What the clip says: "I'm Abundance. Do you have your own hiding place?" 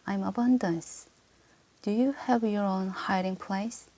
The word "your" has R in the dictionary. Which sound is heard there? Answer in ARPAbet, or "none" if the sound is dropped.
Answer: R